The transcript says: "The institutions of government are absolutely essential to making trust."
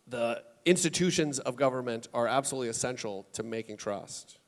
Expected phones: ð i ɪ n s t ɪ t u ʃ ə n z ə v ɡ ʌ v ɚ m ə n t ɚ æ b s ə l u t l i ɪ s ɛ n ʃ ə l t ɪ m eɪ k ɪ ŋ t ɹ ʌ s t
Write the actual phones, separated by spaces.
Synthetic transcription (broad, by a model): ð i ɪ n s t ɪ t u ʃ ə n z ə v ɡ ʌ v ɚ m ə n t ɚ æ b s ə l u t l i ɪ s ɛ n ʃ l t ɪ m eɪ k ɪ ŋ t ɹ ʌ s t